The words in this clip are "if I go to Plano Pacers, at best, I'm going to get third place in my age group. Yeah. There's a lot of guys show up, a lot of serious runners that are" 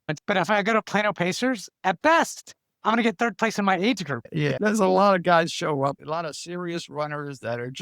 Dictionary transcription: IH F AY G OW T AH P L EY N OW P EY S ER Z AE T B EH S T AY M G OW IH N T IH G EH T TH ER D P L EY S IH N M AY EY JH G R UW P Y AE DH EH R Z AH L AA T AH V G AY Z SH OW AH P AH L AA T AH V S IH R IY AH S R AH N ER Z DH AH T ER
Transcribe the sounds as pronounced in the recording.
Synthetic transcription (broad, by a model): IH F AY G OW T AH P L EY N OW P EY S ER Z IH T B EH S T AY M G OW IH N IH G EH T TH ER D P L EY S IH N M AY EY JH G R UW P Y AE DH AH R Z AH L AA T AH V G AY Z SH OW AH P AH L AA T AH V S IH R IY AH S R AH N ER Z DH AH T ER